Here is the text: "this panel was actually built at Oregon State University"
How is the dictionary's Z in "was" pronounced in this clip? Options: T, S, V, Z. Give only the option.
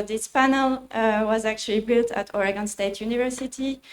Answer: Z